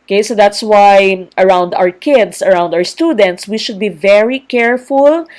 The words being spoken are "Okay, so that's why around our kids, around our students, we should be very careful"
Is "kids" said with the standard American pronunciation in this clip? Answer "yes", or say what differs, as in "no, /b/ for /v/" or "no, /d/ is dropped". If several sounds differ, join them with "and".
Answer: no, /s/ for /z/